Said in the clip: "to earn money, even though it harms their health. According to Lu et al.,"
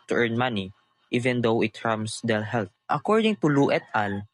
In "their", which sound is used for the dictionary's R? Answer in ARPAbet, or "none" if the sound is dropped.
L